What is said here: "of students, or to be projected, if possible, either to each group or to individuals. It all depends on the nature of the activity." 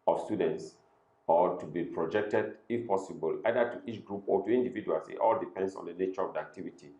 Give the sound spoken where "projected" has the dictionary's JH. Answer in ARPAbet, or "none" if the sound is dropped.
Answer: JH